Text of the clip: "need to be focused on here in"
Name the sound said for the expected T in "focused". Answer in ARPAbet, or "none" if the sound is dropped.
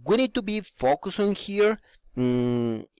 none